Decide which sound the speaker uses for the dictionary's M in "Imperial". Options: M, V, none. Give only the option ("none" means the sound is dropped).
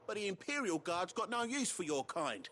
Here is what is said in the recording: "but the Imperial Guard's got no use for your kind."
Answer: M